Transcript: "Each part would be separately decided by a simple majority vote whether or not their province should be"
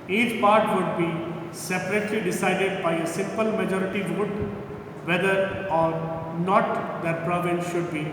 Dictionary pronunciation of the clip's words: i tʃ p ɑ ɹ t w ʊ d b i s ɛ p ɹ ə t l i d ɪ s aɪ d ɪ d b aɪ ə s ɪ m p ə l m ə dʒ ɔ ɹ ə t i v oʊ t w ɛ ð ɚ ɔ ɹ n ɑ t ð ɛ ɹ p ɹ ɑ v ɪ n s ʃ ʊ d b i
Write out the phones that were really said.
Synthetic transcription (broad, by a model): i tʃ p ɑ ɹ t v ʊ d b i s ɛ p ɹ ə t l i d ɪ s aɪ d ɪ d b aɪ ə s ɪ m p ə l m ə dʒ ɔ ɹ ə t i v oʊ t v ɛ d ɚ ɔ ɹ n ɑ t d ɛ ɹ p ɹ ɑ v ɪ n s ʃ ʊ d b i